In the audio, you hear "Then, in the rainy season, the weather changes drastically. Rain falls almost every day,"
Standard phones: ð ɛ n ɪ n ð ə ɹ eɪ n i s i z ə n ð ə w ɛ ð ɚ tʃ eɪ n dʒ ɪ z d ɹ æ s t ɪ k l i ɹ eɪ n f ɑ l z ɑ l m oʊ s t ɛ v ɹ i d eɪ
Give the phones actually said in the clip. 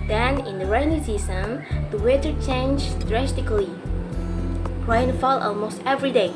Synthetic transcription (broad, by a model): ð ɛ n ɪ n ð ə ɹ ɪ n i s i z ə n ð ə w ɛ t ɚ tʃ eɪ n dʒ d ɹ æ s t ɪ k l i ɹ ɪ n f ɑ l ɑ l m oʊ s t ɛ v ɹ i d eɪ